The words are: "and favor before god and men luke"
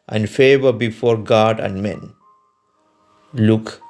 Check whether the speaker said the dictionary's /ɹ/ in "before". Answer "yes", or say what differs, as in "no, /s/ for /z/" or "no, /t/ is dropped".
yes